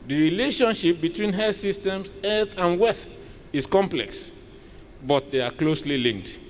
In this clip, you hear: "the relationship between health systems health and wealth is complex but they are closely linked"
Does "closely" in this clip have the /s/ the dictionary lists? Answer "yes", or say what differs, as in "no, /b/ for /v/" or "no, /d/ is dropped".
yes